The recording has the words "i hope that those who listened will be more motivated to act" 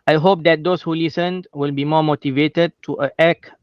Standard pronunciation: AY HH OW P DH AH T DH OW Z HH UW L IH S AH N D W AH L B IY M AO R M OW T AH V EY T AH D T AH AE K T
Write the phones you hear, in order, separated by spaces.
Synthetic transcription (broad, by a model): AY HH OW P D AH T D OW S HH UW L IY S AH N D W AH L B IY M AO M OW T AH V EY T AH D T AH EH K